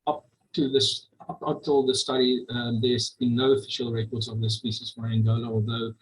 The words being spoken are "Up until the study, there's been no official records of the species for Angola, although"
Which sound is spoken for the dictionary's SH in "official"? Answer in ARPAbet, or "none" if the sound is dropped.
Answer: SH